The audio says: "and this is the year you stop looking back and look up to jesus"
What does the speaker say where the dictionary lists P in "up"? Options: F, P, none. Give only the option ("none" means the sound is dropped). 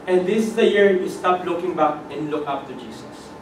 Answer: F